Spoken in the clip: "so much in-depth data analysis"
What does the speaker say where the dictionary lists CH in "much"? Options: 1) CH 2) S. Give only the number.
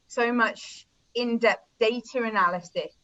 1